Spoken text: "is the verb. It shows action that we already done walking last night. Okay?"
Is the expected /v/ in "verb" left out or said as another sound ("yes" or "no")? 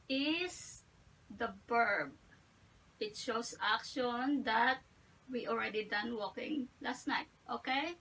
yes